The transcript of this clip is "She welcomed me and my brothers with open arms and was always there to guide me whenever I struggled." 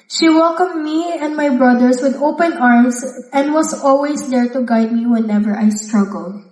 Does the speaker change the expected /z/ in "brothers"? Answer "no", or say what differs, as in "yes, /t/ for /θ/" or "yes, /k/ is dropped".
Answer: yes, /s/ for /z/